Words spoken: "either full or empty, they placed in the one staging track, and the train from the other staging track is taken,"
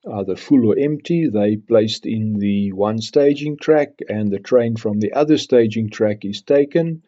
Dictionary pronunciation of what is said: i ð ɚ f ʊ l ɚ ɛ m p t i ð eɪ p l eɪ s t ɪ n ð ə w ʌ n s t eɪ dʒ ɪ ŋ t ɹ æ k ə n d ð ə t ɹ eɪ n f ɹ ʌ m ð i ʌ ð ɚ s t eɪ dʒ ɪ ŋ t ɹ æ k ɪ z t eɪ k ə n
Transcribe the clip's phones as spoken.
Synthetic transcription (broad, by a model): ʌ ð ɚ f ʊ l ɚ ɛ m p t i ð eɪ p l eɪ s t ɪ n ð ə w ʌ n s t eɪ dʒ ɪ ŋ t ɹ æ k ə n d ð ə t ɹ eɪ n f ɹ ʌ m ð i ʌ ð ɚ s t eɪ dʒ ɪ ŋ t ɹ æ k ɪ z t eɪ k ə n